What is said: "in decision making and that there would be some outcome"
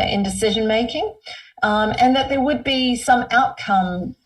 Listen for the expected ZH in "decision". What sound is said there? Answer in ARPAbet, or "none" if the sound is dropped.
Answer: ZH